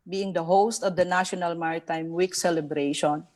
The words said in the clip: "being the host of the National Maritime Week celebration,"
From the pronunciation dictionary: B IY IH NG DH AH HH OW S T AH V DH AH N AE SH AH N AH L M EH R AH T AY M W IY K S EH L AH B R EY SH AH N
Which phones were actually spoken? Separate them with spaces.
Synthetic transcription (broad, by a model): B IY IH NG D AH HH OW S T AH V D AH N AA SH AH N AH L M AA R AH T AY M W IY K S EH L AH B R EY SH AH N